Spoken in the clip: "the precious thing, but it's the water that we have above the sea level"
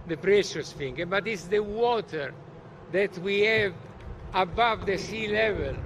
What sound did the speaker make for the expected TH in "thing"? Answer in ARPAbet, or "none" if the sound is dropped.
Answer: F